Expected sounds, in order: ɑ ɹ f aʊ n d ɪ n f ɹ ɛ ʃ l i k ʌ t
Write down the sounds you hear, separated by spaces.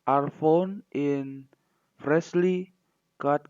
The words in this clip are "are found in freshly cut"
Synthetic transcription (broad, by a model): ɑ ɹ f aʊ n ɪ n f ɹ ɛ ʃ l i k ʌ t